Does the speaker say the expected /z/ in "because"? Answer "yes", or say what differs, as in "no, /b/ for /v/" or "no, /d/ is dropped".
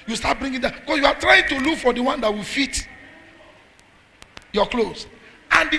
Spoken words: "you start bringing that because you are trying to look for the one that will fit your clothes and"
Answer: no, /s/ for /z/